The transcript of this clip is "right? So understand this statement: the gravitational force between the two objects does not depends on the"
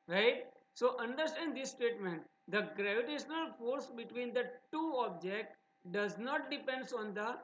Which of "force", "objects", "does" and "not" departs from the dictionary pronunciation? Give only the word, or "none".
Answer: objects